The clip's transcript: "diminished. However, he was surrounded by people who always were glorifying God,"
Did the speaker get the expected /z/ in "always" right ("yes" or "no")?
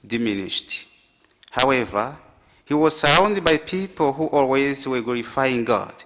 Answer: yes